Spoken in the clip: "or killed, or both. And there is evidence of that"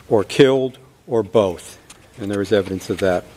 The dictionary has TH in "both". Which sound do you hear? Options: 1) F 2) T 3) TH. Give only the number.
3